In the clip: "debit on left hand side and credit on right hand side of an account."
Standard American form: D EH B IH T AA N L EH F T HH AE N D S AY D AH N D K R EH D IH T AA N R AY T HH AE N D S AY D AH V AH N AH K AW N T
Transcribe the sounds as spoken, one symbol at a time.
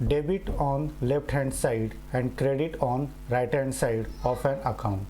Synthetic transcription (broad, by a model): D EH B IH T AA N L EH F T HH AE N D S AY D AH N D K R EH D IH T AA N R AY T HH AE N D S AY D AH P AH N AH K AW N T